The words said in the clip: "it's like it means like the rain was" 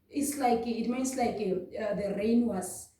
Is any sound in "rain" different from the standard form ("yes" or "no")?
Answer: no